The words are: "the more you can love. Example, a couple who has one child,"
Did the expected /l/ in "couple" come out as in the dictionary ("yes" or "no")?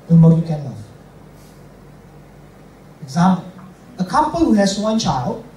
no